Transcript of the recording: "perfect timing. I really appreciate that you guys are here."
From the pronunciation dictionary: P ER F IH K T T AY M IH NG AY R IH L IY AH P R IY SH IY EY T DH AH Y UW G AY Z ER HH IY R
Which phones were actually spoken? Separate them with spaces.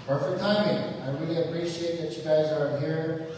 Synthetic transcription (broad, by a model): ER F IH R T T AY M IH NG AY R IH L IY AH P R IY SH IY EY T DH AH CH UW G AY Z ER HH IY R